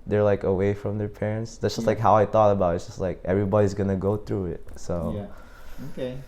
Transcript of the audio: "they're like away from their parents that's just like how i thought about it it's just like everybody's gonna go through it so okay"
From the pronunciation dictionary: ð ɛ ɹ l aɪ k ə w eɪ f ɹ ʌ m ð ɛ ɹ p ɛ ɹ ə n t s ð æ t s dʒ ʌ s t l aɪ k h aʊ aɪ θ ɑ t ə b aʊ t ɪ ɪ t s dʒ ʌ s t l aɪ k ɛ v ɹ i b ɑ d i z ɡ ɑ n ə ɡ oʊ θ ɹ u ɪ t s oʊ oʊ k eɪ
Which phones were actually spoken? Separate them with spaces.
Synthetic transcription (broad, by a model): ð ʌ ɹ l aɪ k ə w eɪ f ɹ ʌ m ð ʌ ɹ p ɛ ɹ ə n t s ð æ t s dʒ ʌ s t l aɪ k h aʊ aɪ θ ɑ t ə b aʊ t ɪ ɪ t s dʒ ʌ s t l aɪ k ɛ v ɹ i b ɑ d i z ɡ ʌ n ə ɡ oʊ θ ɹ u ɪ t s oʊ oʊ k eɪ